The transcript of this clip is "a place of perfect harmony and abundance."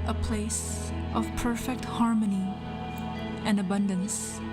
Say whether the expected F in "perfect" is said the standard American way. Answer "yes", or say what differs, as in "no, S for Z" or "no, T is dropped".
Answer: yes